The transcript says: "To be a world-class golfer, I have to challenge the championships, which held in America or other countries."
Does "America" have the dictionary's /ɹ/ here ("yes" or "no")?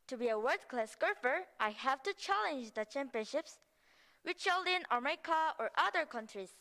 no